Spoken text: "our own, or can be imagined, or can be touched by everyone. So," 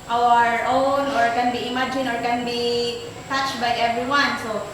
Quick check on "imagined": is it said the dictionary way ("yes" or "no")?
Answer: no